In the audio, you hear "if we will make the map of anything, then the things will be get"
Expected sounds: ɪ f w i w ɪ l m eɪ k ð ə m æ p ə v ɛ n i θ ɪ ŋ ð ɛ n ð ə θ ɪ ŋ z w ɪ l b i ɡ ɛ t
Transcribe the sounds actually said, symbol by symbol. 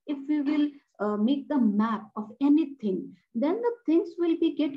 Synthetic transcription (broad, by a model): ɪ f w i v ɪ l m eɪ k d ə m æ p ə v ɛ n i t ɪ ŋ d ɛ n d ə t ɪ ŋ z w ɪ l b i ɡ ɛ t